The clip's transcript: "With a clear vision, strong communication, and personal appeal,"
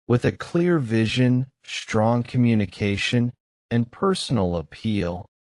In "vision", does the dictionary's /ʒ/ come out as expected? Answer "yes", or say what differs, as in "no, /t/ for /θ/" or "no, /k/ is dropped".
yes